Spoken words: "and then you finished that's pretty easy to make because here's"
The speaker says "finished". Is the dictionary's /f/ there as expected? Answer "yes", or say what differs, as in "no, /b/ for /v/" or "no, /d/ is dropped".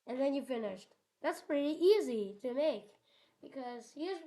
yes